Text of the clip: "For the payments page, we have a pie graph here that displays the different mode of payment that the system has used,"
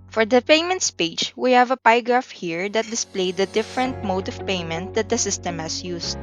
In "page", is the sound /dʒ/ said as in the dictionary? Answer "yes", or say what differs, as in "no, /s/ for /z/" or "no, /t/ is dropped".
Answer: no, /tʃ/ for /dʒ/